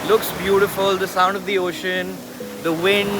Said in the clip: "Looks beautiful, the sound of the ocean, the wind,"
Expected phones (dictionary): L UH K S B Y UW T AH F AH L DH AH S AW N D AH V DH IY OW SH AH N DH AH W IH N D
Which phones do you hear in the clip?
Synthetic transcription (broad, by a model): L UH K S B Y UW T AH F AH L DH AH S AW N D AH V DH IY OW SH AH N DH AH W IH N